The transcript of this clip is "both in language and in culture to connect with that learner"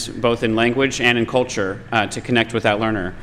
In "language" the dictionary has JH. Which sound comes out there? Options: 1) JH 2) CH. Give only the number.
1